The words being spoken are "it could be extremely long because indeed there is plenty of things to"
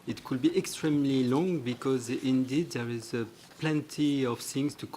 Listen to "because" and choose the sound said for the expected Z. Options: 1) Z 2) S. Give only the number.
1